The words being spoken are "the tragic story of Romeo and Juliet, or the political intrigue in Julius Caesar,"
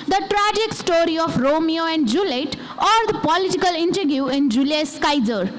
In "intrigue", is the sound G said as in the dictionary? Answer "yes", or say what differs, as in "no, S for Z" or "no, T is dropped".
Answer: no, G is dropped